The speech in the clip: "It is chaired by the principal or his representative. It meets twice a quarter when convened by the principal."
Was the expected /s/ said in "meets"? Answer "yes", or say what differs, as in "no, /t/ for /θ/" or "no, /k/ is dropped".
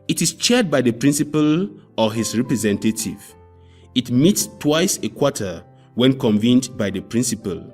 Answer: yes